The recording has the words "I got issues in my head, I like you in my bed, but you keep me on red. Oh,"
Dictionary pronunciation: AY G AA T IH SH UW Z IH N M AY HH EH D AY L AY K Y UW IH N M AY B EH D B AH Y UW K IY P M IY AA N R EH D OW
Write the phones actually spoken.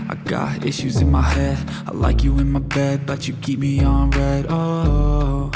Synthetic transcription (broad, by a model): AY G AA T IH SH UW Z IH N M AY HH EH D AY L AY K Y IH IH N M AY B EH D B AH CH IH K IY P M IY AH N R EH D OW